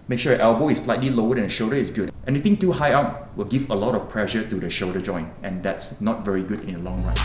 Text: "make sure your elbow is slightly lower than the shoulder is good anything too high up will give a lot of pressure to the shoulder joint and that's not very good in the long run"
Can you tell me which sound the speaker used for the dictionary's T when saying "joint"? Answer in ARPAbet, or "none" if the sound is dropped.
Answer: T